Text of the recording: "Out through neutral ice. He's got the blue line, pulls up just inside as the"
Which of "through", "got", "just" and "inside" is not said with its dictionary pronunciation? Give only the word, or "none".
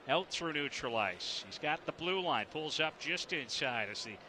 through